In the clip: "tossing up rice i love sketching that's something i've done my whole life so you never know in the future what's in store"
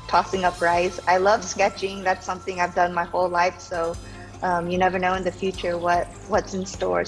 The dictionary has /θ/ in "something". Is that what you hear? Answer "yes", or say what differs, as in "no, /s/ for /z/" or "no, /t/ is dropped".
yes